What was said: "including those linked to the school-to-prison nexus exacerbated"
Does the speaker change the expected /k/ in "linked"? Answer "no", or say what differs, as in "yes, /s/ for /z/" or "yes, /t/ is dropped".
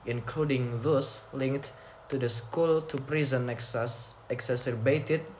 no